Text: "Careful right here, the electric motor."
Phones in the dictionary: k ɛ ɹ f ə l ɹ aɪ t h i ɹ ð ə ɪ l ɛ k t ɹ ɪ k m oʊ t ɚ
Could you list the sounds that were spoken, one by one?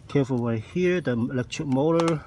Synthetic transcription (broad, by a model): k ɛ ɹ f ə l w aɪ h i ɹ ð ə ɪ l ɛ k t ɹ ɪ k m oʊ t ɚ